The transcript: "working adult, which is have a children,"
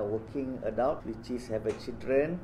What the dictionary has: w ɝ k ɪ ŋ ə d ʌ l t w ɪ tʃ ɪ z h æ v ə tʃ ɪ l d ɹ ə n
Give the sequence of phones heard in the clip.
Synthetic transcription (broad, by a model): w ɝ k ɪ ŋ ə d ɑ w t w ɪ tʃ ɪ s h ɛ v ə tʃ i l d ɹ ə n